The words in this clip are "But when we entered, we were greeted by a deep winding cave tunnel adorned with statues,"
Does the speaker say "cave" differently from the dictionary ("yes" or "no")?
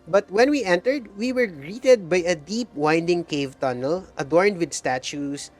no